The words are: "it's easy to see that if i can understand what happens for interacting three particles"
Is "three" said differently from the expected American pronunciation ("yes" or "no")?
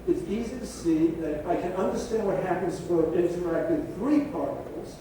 no